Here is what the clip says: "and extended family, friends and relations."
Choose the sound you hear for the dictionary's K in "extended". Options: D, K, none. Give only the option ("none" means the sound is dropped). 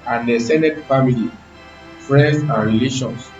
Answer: none